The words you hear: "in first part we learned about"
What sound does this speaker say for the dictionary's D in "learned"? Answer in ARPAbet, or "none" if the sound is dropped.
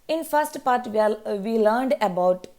D